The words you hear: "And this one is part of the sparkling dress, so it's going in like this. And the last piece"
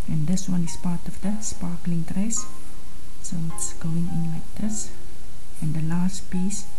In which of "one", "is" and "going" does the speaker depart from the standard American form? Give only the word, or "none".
is